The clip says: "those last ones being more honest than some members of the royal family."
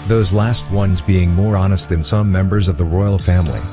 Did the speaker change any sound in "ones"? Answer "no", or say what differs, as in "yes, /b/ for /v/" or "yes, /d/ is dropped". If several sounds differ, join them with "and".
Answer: no